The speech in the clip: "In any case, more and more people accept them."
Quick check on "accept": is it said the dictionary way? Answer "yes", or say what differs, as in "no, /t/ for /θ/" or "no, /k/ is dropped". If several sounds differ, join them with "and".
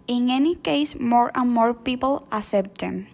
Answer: no, /k/ is dropped